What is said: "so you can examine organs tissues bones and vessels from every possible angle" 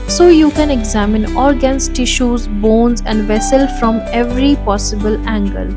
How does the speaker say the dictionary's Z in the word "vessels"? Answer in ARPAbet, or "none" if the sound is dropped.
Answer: none